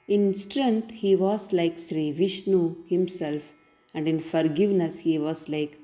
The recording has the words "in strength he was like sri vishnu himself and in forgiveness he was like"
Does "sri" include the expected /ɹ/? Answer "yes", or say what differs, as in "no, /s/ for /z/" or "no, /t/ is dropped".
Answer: yes